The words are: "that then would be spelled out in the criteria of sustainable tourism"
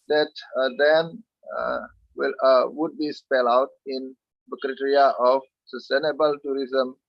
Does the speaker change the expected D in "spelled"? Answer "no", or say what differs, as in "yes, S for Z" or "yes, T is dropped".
yes, D is dropped